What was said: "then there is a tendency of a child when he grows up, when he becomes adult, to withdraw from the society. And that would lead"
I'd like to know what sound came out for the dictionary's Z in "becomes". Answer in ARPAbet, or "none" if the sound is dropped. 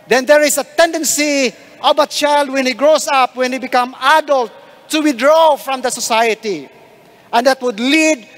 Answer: none